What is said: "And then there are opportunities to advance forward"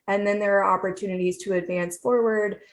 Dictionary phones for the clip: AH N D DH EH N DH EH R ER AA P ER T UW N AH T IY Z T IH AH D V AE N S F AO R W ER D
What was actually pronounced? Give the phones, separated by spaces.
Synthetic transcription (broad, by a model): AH N DH EH N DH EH R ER AA P ER T UW N AH T IY Z T IH AH D V AE N S F AO R W ER D